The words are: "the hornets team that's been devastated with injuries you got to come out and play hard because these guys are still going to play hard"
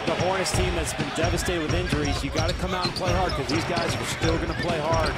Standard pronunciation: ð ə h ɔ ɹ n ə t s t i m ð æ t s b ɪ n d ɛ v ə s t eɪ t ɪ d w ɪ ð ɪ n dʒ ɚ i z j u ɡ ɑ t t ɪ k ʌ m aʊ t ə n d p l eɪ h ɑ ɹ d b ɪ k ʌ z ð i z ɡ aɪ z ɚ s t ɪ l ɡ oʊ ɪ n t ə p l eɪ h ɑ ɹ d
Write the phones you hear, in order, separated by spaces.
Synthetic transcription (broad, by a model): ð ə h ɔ ɹ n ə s t i m ð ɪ t s b ɪ n d ɛ v ə s t eɪ t ɪ d w ɪ ð ɪ n dʒ ɚ i z j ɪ ɡ ɑ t t ɪ k ʌ m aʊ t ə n p l eɪ h ɑ ɹ d k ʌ z ð i z ɡ aɪ z ɚ s t ɪ l ɡ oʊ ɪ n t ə p l eɪ h ɑ ɹ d